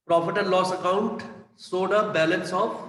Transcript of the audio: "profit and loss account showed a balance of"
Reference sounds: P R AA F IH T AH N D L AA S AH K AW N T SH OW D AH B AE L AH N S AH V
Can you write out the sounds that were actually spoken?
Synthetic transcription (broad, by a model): P R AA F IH T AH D L AA S AH K AW N T S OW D AH B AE L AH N S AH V